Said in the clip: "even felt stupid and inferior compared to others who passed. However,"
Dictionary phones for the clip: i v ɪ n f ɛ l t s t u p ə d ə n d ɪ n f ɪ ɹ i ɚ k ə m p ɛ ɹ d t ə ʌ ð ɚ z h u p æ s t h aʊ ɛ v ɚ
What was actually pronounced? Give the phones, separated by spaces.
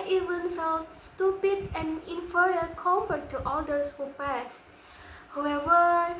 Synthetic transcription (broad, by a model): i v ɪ n f ɛ l t s t u p ə d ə n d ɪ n f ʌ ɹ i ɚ k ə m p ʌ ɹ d t ə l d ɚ s h u p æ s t h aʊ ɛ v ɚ